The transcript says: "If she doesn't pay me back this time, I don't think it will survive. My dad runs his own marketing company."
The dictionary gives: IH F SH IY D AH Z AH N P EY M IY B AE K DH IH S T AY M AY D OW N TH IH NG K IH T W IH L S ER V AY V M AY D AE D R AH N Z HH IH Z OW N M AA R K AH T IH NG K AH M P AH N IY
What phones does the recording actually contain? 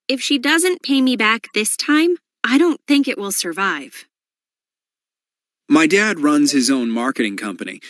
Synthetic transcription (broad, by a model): IH F SH IY D AH Z AH N P EY M IY B AE K DH IH S T AY M AY D OW N TH IH NG K IH T W IH L S ER V AY V M AY D AE D R AH N Z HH IH Z OW N M AA R K AH T IH NG K AH M P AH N IY